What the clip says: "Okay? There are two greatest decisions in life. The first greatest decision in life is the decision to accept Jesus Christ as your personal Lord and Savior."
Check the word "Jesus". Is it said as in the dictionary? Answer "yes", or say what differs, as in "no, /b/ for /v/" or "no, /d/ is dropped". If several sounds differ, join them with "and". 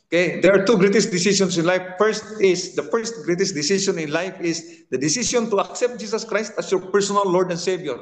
no, /s/ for /z/